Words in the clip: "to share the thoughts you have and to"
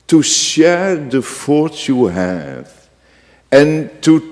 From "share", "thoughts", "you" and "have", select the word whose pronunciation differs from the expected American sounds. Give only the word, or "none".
thoughts